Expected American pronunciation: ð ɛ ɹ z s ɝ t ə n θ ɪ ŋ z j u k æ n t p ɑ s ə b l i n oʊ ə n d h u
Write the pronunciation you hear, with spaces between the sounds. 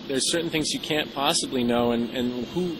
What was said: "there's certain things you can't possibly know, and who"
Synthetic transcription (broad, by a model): ð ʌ ɹ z s ɝ t n θ ɪ ŋ z j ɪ k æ n p ɑ s ə b l i n oʊ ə n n h u